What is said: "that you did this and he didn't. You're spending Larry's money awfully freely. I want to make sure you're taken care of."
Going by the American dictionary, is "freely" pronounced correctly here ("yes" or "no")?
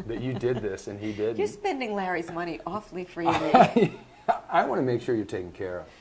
no